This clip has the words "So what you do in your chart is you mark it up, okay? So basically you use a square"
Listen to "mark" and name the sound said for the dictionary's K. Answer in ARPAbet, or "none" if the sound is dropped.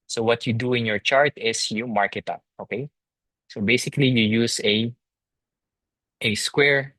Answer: K